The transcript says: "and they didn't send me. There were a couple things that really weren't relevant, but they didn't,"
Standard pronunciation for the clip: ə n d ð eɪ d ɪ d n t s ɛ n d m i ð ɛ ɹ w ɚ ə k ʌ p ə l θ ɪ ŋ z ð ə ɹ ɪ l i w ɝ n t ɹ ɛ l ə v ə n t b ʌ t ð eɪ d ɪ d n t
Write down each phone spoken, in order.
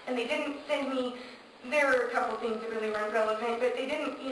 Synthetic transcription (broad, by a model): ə n ð eɪ d ɪ d n t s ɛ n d m i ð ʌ ɹ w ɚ ə k ʌ p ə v θ ɪ ŋ z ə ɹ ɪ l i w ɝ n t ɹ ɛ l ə p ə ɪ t b ʌ t ð eɪ d ɪ d n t